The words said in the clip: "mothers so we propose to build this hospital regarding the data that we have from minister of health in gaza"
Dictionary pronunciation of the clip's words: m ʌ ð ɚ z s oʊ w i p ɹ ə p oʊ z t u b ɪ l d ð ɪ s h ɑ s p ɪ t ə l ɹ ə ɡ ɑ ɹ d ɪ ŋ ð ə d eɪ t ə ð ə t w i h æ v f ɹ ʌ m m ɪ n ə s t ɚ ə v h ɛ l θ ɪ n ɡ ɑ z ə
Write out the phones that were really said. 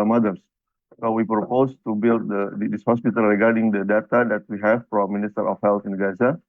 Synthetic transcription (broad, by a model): m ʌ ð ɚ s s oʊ w i p ɹ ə p oʊ s t u b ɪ l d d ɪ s h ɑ s p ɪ t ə l ɹ ə ɡ ɑ ɹ d ɪ ŋ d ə d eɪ t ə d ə t w i h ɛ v p ɹ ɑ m m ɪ n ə s t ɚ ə f h ɛ l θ ɪ n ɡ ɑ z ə